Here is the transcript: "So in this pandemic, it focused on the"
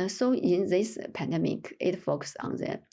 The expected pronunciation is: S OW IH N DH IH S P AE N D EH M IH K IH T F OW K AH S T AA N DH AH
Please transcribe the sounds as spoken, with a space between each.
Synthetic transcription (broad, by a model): S OW IH N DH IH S P AE N D EH M IH K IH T F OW K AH S AA N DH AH